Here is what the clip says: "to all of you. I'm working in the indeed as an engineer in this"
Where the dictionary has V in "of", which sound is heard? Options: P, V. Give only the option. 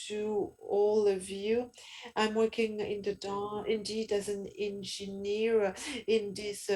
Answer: V